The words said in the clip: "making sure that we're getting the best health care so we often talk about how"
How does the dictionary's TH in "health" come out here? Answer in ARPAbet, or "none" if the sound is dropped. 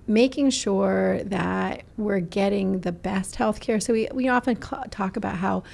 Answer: TH